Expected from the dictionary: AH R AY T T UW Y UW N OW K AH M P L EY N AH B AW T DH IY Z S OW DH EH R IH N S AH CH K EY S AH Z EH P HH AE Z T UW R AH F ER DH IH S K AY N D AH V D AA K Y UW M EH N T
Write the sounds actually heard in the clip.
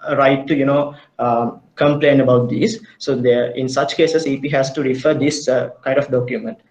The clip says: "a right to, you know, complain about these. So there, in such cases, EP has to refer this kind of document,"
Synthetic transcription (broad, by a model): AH R AY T T UW Y UW N OW K AH M P L EY N AH B AW T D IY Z S OW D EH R IH N S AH CH K EY S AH S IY P HH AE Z T UW R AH F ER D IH S K AY N D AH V D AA K Y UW M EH N T